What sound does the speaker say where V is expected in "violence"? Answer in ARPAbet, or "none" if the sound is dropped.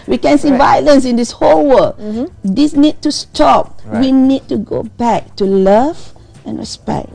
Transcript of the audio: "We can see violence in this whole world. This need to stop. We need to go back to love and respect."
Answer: V